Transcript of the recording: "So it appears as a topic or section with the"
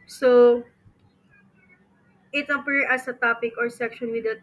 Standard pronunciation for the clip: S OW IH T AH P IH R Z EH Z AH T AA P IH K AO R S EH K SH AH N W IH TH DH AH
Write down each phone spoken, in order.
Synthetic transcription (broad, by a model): S OW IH T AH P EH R AH S AH T AA P IH K AO R S EH K SH AH N W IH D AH